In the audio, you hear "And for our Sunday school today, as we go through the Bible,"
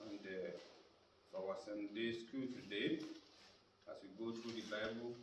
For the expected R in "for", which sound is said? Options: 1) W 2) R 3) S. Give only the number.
1